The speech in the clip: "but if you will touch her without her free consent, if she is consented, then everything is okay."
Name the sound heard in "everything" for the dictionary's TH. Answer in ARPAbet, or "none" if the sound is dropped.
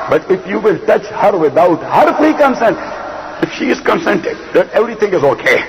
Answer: T